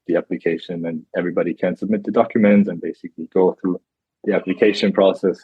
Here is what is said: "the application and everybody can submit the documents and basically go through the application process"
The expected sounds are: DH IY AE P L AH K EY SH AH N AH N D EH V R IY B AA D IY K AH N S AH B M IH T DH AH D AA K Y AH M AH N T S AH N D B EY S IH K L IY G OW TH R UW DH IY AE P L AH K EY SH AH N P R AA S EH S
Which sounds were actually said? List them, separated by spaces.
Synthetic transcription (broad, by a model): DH IY AE P L AH K EY SH AH N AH N EH V R IY B AA D IY K AH N S AH B M IH T DH AH D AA K Y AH M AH N T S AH N B EY S IH K L IY G OW TH R UW DH IY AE P L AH K EY SH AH N P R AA S EH S